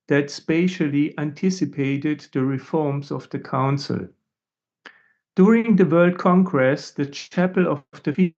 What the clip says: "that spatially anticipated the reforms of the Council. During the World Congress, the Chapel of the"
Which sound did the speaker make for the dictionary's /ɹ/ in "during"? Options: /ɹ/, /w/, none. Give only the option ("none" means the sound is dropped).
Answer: /ɹ/